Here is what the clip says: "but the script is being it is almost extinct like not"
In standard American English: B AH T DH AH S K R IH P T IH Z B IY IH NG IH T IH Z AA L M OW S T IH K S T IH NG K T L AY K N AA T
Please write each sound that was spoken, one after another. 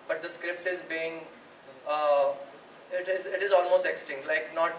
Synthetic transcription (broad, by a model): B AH T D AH S K R IH P T IH Z B IY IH NG IH T IH Z AA L M OW S T IH K S T IH NG K T L AY K N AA T